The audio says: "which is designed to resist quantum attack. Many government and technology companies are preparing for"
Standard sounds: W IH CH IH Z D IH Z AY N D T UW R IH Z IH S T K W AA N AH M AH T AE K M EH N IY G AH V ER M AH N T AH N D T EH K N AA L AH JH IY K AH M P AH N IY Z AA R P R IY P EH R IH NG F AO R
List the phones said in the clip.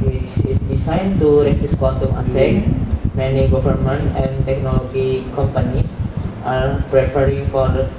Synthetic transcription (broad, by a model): W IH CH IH S D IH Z AY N T UW R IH S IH S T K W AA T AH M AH S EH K M EH N IY G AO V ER M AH N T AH N T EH K N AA L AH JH IY K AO M P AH N IY S AA R P R IY P EH R IH NG F AO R